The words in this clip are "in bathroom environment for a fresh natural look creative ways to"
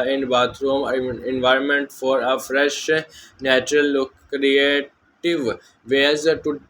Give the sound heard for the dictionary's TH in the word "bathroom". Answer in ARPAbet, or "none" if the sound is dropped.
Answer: T